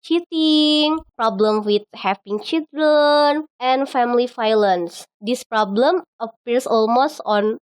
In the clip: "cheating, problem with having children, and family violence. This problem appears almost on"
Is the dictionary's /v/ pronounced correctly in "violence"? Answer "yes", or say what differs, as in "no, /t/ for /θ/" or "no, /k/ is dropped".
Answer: no, /f/ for /v/